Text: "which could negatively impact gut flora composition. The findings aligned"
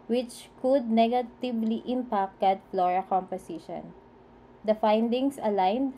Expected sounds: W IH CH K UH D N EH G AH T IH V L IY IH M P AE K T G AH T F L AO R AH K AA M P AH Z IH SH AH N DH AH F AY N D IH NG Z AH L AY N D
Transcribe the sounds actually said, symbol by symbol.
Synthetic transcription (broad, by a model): W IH CH K UH D N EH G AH T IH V L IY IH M P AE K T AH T F L AO R AH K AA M P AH S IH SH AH N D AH F AY N D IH NG S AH L AY N D